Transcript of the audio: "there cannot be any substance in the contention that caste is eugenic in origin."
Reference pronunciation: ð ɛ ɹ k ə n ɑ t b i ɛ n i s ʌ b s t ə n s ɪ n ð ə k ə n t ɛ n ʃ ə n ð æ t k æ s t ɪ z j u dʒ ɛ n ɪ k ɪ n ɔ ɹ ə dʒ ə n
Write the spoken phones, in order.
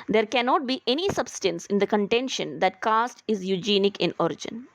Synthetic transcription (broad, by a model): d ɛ ɹ k ə n ɑ t b i ɛ n i s ʌ b s t ə n s ɪ n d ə k ə n t ɛ n ʃ ə n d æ t k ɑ s t ɪ z j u dʒ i n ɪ k ɪ n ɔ ɹ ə dʒ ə n